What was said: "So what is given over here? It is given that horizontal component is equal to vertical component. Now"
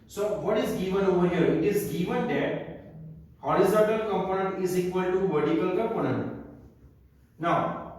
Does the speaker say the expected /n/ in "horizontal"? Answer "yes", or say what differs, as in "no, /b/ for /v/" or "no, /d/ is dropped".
yes